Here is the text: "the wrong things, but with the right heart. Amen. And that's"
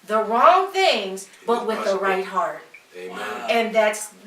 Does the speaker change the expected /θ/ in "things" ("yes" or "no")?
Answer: no